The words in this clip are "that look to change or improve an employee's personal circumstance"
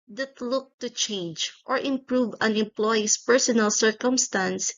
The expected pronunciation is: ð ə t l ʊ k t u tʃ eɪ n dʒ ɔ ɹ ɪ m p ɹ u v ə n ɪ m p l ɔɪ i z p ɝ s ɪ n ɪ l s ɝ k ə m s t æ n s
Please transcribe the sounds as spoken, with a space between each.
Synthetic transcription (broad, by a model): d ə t l ʊ k t u tʃ eɪ n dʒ ɔ ɹ ɪ m p ɹ u v ə n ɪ m p l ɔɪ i s p ɝ s ɪ n ɪ l s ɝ k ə m s t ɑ n s